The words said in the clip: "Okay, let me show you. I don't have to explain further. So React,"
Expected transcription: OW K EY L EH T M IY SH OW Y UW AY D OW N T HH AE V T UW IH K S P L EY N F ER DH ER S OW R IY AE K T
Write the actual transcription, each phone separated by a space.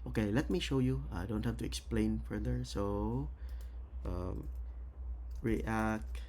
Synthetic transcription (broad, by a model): OW K EY L EH T M IY SH OW Y UW AY D OW N T HH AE F T UW IH K S P L EY N F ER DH ER S OW R IY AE K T